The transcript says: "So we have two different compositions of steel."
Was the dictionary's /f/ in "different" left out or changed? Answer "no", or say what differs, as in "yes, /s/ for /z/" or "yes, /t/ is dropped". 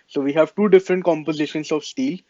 no